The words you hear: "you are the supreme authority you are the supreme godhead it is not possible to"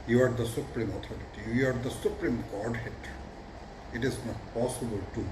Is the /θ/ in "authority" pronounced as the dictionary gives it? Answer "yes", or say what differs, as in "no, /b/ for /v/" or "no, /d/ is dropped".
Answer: no, /t/ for /θ/